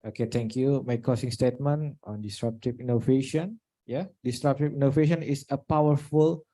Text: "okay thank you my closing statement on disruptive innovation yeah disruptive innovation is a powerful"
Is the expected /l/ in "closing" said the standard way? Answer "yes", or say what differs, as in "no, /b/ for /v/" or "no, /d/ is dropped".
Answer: no, /l/ is dropped